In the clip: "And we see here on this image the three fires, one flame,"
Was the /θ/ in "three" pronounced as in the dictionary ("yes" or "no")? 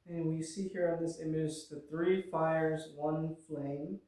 yes